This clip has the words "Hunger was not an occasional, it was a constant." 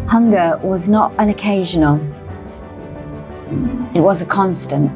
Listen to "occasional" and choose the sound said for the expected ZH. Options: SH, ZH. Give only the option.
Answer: ZH